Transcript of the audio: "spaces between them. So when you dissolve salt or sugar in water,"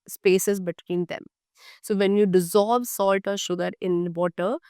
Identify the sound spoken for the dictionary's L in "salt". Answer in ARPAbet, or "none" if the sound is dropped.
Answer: L